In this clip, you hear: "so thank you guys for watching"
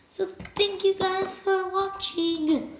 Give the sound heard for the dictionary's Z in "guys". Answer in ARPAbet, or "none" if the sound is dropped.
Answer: none